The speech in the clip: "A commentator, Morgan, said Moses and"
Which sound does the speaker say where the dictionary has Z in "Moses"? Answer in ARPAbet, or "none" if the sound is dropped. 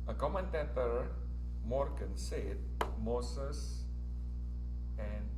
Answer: S